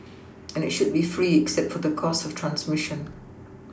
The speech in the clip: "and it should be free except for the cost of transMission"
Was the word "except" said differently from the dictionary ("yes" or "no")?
no